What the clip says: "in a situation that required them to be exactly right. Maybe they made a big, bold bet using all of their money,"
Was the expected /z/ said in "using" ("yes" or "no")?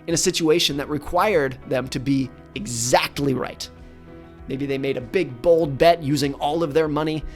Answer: yes